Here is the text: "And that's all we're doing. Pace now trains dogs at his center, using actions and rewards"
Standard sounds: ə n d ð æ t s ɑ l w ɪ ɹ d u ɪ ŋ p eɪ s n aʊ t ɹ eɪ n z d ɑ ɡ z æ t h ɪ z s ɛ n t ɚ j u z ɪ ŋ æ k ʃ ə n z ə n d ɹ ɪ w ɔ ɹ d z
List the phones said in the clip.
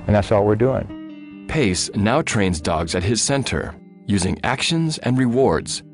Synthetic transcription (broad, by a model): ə n ð æ t s ɑ l w ɪ ɹ d u ɪ ŋ p eɪ s n aʊ t ɹ eɪ n z d ɑ ɡ z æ t h ɪ z s ɛ n t ɚ j u z ɪ ŋ æ k ʃ ə n z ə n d ɹ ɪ w ɔ ɹ d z